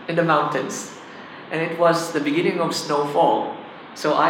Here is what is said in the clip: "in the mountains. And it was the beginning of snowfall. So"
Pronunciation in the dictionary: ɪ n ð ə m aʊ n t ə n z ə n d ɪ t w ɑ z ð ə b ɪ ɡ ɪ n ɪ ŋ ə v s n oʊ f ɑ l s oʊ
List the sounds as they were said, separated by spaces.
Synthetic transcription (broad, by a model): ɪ n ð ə m aʊ n t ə n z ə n ɪ t w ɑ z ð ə b ɪ ɡ ɪ n ɪ ŋ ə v s n oʊ f ɑ l s oʊ